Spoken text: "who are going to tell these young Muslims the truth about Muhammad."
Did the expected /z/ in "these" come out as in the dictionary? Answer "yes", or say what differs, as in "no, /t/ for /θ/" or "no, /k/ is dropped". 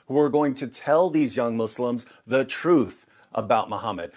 yes